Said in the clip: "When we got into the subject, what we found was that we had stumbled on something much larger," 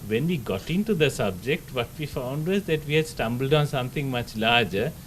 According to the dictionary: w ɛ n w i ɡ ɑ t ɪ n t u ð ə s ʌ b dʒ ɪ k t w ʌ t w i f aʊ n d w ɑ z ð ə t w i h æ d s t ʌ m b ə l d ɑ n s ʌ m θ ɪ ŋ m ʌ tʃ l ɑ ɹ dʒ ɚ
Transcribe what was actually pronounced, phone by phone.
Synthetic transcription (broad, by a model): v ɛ n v i ɡ ɑ t ɪ n t u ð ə s ʌ b dʒ ɪ k t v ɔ t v i f aʊ n d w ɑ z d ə t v i h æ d s t ʌ m b ə l d ɑ n s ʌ m t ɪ ŋ m ʌ tʃ l ɑ ɹ dʒ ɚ